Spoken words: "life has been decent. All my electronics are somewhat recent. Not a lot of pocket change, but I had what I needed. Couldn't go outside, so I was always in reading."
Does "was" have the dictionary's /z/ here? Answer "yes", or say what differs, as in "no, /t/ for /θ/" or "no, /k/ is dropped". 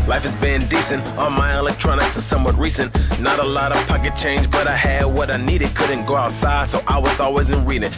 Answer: yes